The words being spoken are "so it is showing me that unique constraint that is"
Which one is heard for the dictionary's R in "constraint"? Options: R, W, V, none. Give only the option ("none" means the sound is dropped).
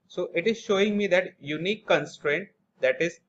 R